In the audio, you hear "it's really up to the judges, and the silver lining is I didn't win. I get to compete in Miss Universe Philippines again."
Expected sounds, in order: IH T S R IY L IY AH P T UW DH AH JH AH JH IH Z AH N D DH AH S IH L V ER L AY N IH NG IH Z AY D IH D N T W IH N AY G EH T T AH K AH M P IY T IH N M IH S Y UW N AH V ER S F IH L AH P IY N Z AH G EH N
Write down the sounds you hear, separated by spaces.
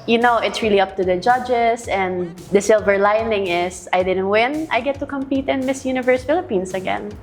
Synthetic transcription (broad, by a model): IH T S R IY L IY AH P T UW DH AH JH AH JH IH S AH N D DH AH S IH L V ER L AY N IH NG IH S AY D IH D N T W IH N AY G EH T T AH K AH M P IY T IH N M IH S Y UW N AH V ER S F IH L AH P IY N S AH G EH N